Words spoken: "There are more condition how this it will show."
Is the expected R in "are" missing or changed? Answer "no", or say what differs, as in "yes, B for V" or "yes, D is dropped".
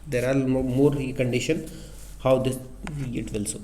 yes, L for R